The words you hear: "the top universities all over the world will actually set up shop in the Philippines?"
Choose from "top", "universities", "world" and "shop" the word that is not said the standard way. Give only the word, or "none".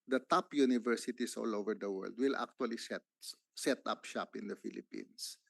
universities